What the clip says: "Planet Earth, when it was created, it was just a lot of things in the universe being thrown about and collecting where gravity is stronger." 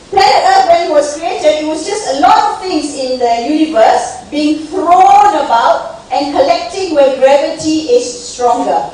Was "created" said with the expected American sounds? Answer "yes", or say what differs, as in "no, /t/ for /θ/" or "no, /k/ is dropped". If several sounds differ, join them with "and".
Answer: no, /d/ is dropped